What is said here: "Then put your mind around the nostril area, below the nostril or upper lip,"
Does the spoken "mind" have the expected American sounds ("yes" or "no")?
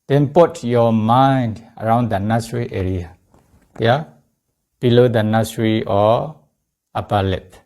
yes